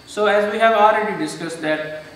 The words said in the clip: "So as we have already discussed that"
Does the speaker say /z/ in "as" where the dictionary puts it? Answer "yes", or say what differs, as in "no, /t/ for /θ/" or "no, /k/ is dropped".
yes